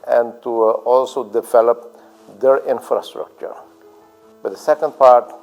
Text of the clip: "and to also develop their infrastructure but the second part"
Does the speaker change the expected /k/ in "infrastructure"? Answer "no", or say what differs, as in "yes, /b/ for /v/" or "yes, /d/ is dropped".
no